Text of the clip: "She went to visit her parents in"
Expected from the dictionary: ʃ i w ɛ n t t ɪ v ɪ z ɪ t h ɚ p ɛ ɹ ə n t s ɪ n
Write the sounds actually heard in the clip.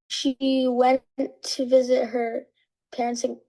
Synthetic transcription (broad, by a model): ʃ i w ɛ n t t ɪ v ɪ z ɪ t h ɚ p ɛ ɹ ə n t s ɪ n